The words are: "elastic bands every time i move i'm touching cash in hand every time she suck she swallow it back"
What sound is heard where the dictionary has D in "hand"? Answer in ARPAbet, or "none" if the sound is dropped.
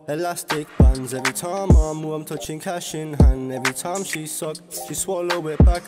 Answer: none